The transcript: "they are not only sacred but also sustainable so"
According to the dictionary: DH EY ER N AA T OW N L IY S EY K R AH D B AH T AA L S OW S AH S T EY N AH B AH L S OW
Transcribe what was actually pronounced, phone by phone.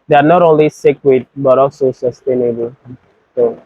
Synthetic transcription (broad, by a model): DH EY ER N AA T OW N L IY S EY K W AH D B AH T AA L S OW S AH S T EY N AH B AH L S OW